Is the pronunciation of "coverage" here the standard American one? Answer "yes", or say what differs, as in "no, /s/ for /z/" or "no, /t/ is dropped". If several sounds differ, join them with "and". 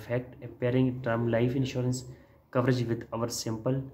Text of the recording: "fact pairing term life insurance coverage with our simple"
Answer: yes